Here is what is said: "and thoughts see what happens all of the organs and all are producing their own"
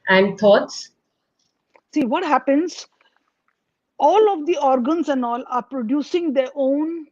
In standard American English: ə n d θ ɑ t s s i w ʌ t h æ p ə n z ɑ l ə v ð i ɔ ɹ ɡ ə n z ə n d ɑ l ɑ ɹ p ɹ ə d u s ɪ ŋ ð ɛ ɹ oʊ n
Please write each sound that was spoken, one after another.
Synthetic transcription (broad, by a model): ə n d t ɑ t s s i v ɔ t h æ p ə n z ɑ l ə v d i ɔ ɹ ɡ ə n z ə n d ɑ l ɑ ɹ p ɹ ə d u s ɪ ŋ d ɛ ɹ oʊ n